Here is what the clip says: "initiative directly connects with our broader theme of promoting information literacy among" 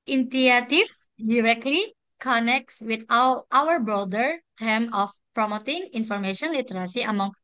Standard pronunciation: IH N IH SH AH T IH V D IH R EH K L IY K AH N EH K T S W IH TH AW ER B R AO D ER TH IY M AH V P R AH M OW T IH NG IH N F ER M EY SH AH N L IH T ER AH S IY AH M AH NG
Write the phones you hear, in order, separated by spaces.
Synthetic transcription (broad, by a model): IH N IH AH T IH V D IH R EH K L IY K AH N EH K T S W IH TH AW ER B R AO D ER T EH M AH F P R AH M OW T IH NG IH N F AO M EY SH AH N L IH T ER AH S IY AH M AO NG